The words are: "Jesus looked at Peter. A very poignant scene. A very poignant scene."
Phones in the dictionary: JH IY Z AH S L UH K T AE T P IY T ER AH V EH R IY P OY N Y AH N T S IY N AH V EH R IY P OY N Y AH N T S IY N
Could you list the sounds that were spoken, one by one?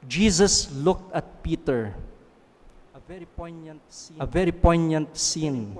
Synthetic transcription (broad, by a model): JH IY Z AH S L UH K T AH T P IY T ER AH V EH R IY P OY N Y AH N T S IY AH V EH R IY P OY N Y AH N T S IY N